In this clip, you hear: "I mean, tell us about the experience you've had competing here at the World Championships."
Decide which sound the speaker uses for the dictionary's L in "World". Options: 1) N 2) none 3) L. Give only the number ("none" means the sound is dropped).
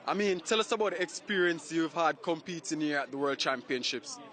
3